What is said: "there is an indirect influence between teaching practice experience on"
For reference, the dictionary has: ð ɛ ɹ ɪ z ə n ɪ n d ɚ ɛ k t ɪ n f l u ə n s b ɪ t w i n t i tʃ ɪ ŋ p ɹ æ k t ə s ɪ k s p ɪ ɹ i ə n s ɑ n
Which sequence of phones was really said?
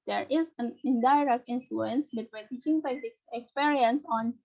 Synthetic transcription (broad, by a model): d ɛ ɹ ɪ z ə n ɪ n d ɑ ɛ k t ɪ n f l u ə n s b ɪ t w i n t i tʃ ɪ ŋ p ɛ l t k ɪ k s p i ɹ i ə n s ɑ n